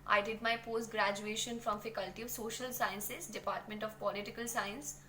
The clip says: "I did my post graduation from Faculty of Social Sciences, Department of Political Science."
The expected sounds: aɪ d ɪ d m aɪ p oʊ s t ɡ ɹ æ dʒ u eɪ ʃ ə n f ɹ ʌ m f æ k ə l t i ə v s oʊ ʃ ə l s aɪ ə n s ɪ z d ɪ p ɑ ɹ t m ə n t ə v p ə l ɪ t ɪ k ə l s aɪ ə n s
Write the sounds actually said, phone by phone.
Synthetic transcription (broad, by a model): aɪ d ɪ d m aɪ p oʊ s t ɡ ɹ æ dʒ u eɪ ʃ ə n f ɹ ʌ m f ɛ k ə l t i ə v s oʊ ʃ ə l s aɪ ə n s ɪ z d ɪ p ɑ ɹ t m ə n t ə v p ə l ɪ t ɪ k ə l s aɪ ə n s